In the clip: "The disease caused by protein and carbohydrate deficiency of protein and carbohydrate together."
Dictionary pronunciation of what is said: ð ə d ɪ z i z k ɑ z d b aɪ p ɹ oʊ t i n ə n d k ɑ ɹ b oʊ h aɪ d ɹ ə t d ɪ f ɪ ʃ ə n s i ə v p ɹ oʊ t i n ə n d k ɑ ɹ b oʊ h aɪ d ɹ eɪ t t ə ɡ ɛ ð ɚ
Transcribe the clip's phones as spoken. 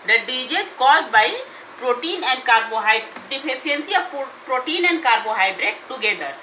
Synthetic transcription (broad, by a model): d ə d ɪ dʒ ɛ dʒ k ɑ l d b aɪ p ɹ oʊ t i n ə n d k ɑ ɹ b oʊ h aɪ d ə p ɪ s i ə n s i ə p p ɹ oʊ t i n ə n d k ɑ ɹ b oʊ h aɪ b ɹ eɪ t t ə ɡ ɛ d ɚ